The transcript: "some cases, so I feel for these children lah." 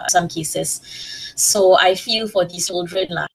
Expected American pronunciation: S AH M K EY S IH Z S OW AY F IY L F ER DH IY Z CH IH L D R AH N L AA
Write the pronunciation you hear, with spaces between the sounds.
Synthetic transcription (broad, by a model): S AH M K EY S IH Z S OW AY F IY L F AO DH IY CH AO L D R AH N L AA